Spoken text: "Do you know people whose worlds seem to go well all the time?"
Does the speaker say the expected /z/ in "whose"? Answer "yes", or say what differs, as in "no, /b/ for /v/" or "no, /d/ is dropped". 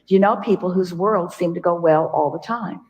yes